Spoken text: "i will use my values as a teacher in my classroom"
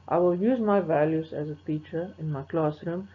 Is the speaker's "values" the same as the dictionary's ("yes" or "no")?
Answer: yes